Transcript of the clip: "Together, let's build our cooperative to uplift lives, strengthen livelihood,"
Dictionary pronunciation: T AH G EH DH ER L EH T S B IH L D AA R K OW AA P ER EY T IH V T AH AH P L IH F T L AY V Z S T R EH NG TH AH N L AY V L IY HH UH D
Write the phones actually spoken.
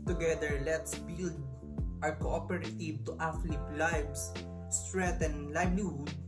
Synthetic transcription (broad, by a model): T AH G EH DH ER L EH T S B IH L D AA R K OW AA P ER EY T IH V T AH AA F L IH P L AY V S S T R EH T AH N L AY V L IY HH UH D